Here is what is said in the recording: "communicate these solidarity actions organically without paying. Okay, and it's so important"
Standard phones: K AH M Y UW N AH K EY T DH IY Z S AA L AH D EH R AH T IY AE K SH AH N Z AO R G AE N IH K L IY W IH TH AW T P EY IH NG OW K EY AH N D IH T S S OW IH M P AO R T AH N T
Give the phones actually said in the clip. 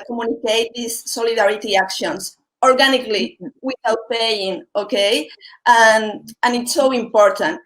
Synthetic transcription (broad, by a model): K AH M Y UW N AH K EY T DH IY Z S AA L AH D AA R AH T IY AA K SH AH N S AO R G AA N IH K L IY W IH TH AW T P EY IH NG OW K EY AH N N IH T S S OW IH M P AO R T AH N T